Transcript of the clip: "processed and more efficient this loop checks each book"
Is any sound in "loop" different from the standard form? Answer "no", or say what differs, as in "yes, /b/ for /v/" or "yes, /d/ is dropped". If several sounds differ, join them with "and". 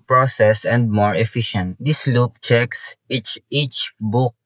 no